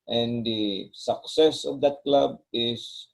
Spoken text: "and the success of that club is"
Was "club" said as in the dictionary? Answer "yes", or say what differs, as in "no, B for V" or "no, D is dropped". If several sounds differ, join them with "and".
yes